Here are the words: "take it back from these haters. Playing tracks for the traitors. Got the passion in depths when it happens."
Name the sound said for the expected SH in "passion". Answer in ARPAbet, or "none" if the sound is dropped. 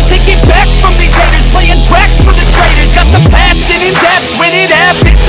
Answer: S